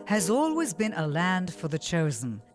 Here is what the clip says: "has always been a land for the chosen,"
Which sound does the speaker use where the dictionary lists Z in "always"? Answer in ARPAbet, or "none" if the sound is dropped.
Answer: Z